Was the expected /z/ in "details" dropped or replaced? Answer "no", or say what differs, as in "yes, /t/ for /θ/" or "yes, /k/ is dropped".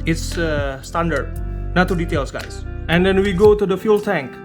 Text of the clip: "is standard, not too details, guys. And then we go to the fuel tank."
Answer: yes, /s/ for /z/